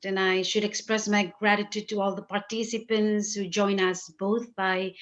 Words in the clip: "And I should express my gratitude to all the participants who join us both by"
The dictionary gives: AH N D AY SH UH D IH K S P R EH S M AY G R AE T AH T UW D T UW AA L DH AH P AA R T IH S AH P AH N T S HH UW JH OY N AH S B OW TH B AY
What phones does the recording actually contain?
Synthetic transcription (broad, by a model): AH N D AY SH UH D IH K S P R EH S M AY G R AE T AH T UW D T UW AA L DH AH P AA R T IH S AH P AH N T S HH UW JH OY N AH S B OW T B AY